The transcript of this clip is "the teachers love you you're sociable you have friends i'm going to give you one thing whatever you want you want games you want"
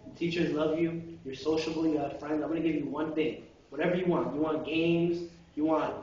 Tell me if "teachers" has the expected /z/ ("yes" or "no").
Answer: yes